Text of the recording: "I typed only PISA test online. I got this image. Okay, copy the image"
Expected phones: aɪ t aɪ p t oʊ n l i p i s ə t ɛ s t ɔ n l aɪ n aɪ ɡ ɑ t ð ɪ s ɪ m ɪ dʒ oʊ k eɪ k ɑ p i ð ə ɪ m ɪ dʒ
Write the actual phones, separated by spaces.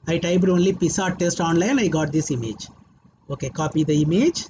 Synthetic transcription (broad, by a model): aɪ t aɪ b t oʊ n l i p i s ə t ɛ s t ɔ n l aɪ n aɪ ɡ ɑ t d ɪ s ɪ m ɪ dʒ oʊ k eɪ k ɑ p i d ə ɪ m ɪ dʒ